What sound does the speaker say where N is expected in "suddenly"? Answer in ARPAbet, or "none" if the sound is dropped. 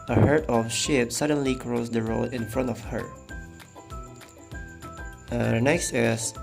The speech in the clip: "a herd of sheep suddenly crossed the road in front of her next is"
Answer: N